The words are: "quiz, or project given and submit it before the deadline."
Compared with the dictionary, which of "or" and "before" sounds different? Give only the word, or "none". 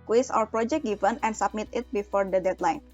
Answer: or